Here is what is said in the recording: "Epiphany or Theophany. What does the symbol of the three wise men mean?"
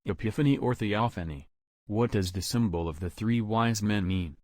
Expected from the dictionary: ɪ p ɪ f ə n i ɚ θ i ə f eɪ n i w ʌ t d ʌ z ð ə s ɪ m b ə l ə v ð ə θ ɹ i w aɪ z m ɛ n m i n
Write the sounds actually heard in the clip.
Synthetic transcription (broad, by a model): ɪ p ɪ f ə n i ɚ θ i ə f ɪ n i w ʌ t d ʌ z ð ə s ɪ m b l ə v ð ə θ ɹ i w aɪ z m ɛ n m i n